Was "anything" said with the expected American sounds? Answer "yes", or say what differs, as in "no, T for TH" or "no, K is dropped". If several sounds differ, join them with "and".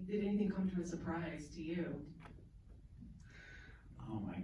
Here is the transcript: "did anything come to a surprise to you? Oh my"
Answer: yes